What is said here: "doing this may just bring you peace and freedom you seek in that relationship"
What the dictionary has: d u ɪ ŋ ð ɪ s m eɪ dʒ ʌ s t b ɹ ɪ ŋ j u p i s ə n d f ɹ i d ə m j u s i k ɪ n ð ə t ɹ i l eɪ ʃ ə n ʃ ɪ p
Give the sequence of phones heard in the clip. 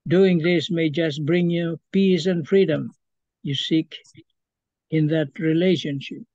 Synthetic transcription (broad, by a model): d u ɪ ŋ ð ɪ s m eɪ dʒ ʌ s t b ɹ ɪ ŋ j u p i s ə n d f ɹ i d ə m j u s i k ɪ n ð ə t ɹ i l eɪ ʃ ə n ʃ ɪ p